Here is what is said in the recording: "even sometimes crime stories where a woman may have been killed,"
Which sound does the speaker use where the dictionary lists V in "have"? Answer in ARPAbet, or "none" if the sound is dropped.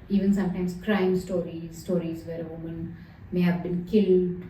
V